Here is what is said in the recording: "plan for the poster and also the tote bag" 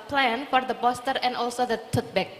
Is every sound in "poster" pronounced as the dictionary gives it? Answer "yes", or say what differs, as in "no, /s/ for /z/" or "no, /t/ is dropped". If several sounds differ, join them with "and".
no, /b/ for /p/